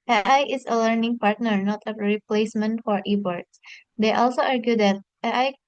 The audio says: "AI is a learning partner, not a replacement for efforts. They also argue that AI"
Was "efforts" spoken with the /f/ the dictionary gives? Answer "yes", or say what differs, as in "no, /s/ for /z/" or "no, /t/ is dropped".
no, /p/ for /f/